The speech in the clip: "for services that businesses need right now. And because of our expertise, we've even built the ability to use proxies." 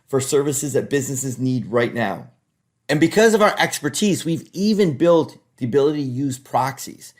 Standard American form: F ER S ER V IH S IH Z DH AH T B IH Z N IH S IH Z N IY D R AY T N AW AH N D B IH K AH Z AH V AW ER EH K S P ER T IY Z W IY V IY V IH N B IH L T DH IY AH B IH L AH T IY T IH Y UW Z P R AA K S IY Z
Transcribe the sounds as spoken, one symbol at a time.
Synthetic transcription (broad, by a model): F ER S ER V IH S IH Z DH AH T B IH Z N IH S IH Z N IY D R AY T N AW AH N B IH K AH Z AH V AW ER EH K S P ER T IY Z W IY V IY V IH N B IH L T DH IY AH B IH L AH T IY T IH Y UW Z P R AA K S IY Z